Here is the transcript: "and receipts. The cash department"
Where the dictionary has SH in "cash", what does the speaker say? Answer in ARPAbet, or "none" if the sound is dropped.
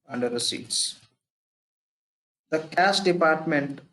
S